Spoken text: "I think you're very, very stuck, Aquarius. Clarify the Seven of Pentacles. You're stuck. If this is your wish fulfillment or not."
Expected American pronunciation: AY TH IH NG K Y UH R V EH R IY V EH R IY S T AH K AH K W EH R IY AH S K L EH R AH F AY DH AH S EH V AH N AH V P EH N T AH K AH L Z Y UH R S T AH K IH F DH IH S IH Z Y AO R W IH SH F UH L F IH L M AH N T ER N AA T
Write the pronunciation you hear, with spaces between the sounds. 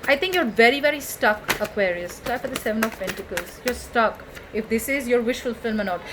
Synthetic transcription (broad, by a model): AY T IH NG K Y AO R V EH R IY V EH R IY S T AH K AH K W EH R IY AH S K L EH AH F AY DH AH S EH V AH N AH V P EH N T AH K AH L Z Y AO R S T AH K IH F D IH S IH Z Y AO R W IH SH F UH L F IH L M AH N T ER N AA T